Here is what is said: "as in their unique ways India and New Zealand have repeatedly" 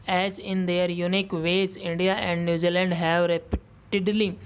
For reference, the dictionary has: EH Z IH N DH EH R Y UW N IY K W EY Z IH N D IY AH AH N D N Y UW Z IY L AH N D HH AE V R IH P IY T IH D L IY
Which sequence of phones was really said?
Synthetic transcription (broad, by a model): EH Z IH N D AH R Y UW N IY K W EY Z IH N D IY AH AH N D N Y UW Z IY L AH N D HH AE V R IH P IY T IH D L IY